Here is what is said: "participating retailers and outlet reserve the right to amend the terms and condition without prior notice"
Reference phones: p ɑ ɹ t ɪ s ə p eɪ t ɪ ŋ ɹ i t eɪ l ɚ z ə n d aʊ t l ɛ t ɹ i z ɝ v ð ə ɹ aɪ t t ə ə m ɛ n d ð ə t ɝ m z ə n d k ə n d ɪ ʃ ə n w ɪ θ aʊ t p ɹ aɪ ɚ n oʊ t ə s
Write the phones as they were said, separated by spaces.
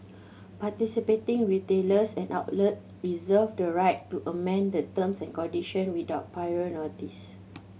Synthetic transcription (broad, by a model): p ɑ t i s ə p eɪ t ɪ ŋ ɹ i t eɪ l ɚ s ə n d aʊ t l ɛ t ɹ i z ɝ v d ə ɹ aɪ t t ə ə m ɛ n d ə t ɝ m s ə n k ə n d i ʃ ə n w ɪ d aʊ t p aɪ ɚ n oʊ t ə s